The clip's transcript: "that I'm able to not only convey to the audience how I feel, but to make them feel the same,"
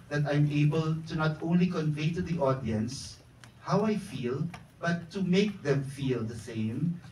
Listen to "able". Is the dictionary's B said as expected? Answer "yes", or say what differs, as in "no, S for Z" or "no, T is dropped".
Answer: yes